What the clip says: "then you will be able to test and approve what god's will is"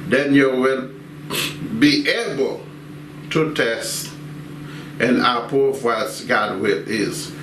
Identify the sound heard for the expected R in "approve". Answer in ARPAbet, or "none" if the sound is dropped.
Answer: none